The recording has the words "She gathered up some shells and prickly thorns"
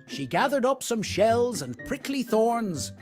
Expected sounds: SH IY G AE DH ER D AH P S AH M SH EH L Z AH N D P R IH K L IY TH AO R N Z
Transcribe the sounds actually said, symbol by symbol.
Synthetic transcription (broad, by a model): SH IY G AE DH ER D AH P S AH M SH EH L Z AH N P R IH K L IY TH AO R N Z